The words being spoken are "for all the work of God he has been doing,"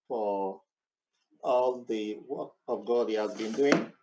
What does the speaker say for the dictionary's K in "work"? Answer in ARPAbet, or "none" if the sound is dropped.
none